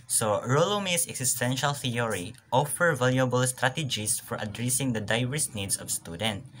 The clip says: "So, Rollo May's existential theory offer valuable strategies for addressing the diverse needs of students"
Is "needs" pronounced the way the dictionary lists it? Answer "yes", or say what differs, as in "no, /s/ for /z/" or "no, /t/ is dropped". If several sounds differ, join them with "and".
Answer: no, /s/ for /z/